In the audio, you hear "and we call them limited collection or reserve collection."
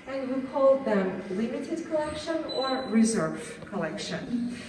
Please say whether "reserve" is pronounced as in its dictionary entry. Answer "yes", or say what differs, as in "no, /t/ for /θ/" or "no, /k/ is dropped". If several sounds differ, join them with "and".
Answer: yes